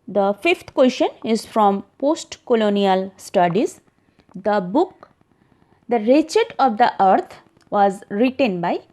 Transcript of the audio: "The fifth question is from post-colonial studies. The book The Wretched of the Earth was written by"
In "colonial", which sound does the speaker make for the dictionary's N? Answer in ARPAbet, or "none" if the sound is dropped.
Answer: N